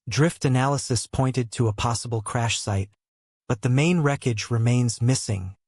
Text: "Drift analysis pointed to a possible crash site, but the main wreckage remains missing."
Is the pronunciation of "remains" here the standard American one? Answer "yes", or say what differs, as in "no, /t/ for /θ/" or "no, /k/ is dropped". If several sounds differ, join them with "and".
yes